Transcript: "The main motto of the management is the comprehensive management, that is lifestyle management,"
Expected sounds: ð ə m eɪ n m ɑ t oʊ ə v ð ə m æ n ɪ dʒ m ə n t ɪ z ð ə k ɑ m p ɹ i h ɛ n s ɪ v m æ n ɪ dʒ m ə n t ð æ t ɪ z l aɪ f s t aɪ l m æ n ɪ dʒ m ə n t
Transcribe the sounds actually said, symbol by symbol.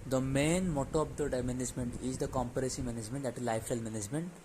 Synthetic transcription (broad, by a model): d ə m eɪ n m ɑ t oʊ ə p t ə m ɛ n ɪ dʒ m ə n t ɪ z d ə k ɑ m p i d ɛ s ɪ m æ n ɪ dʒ m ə n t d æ t ɪ z l aɪ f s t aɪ l m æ n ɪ dʒ m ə n t